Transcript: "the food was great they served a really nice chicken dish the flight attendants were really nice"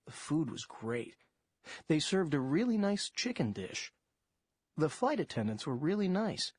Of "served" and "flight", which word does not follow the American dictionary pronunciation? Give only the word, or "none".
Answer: none